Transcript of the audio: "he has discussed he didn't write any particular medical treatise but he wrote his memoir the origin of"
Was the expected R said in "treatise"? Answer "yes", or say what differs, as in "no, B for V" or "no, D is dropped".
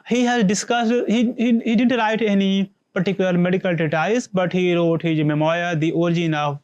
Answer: no, R is dropped